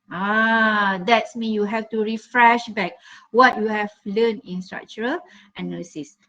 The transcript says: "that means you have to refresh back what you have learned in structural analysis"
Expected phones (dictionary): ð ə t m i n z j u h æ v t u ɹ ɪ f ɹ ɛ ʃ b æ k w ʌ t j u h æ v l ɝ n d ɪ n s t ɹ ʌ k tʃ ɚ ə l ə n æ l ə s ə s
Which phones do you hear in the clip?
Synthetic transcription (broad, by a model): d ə t m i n j u h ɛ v t u ɹ ɪ f ɹ ɛ ʃ b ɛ k w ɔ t j u h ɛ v l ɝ n ɪ n s t ɹ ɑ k tʃ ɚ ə l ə n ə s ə s